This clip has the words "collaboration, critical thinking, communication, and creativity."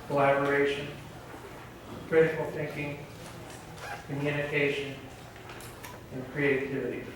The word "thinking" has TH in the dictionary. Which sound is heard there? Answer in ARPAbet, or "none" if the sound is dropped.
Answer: TH